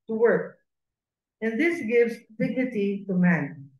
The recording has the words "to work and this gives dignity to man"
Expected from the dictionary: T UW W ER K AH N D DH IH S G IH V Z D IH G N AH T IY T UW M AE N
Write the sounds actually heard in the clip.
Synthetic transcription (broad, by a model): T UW W ER K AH N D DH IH S G IH V Z D IH G N AH T IY T UW M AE N